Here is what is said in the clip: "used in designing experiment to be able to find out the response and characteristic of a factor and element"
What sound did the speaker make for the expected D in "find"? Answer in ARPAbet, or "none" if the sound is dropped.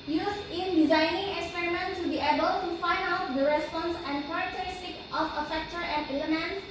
D